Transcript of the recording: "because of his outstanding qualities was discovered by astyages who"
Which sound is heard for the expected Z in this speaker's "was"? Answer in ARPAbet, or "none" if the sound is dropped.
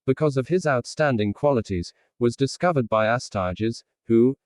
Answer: Z